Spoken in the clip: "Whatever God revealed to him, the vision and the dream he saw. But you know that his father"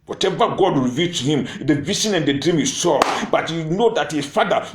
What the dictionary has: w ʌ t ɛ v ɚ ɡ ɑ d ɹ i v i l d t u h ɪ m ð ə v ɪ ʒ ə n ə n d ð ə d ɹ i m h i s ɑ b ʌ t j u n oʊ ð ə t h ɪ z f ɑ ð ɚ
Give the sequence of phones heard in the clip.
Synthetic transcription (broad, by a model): w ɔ t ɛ v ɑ ɡ ɑ d ɹ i v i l t u h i m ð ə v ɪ s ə n ə n d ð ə d ɹ i m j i s ɑ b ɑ t j u n oʊ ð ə t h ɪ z f ɑ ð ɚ